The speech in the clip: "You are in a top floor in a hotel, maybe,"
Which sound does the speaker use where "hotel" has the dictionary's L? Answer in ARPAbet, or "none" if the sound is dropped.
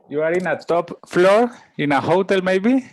L